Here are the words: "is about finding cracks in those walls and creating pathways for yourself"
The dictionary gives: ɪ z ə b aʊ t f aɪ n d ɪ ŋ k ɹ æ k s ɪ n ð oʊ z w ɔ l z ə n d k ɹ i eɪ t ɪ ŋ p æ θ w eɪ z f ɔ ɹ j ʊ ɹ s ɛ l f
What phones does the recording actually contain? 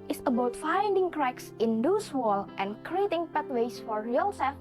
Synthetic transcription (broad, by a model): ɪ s ə b aʊ t f aɪ n d ɪ ŋ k ɹ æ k s ɪ n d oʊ s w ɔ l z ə n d k ɹ i eɪ t ɪ ŋ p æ t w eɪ s f ɔ ɹ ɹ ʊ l s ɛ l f